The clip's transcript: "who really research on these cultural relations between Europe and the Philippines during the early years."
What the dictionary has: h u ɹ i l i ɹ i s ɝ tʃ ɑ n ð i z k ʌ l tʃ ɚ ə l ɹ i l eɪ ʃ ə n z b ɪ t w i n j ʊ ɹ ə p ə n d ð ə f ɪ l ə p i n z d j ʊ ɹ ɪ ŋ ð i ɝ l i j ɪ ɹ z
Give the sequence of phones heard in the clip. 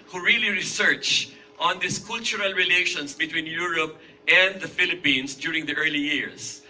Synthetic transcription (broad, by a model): h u ɹ i l i ɹ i s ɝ tʃ ɑ n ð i s k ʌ l tʃ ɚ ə l ɹ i l eɪ ʃ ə n s b ɪ t w i n j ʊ ɹ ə p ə n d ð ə f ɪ l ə p i n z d j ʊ ɹ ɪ ŋ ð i ɝ l i j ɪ ɹ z